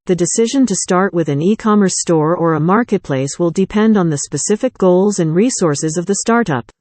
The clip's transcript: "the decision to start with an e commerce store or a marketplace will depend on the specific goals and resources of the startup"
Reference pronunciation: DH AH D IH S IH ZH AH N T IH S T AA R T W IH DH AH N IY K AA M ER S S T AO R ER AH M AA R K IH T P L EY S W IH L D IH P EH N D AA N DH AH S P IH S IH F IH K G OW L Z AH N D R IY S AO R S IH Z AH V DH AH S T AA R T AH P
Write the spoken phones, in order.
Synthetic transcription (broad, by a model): DH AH D IH S IH ZH AH N T IH S T AA R T W IH DH AH N IY K AA M ER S S T AO R ER AH M AA R K IH T P L EY S W IH L D IH P EH N D N DH AH S P IH S IH F IH K G OW L Z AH N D R IY S AO R S IH Z AH V DH AH S T AA R T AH P